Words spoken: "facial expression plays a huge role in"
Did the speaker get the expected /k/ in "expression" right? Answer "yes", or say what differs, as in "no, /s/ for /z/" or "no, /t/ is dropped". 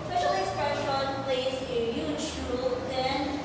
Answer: no, /k/ is dropped